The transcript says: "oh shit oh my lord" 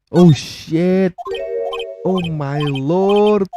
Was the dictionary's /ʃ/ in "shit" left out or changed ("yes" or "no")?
no